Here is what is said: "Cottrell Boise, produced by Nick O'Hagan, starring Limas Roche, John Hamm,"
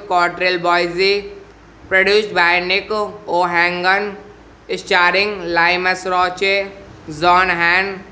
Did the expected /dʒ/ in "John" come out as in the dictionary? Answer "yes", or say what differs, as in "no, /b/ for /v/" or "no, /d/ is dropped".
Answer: no, /z/ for /dʒ/